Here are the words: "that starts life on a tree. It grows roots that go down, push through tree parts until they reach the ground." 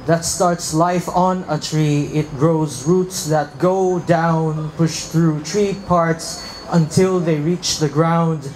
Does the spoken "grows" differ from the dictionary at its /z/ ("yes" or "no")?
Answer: no